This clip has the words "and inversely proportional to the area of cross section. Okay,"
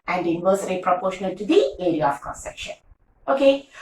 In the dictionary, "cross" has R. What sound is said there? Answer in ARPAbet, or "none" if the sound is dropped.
none